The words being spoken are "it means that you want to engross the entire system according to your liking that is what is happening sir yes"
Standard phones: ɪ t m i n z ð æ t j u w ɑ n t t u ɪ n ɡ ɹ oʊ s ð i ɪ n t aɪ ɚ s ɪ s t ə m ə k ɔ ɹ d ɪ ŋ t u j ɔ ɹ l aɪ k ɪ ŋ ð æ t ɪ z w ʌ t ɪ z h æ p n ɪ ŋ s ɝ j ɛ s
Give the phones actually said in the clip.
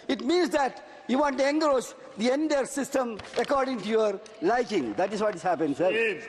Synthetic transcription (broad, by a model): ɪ t m i n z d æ t j u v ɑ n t t u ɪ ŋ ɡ ɹ oʊ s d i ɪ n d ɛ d s ɪ s t ə m ə k ɔ ɹ d ɪ ŋ t u j ɔ ɹ l aɪ k ɪ ŋ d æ t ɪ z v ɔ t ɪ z h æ p ɪ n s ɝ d